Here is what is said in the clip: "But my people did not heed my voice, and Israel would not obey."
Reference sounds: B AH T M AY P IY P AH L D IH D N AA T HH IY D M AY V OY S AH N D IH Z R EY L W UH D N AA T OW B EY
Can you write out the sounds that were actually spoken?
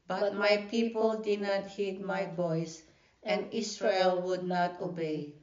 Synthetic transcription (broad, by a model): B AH T M AY P IY P AH L D IH D N AA T HH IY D M AY B OY S AH N D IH S R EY L W UH D N AA T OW B EY